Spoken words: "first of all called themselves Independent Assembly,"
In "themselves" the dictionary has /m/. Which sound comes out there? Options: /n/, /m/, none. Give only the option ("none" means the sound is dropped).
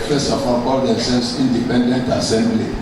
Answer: none